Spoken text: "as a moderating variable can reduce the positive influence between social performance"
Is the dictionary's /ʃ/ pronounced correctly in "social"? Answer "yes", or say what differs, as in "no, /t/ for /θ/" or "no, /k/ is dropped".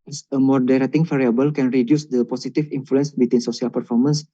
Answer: no, /s/ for /ʃ/